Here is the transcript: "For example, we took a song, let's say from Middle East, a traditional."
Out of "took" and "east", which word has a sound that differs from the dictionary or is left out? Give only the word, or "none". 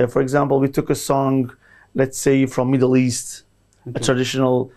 none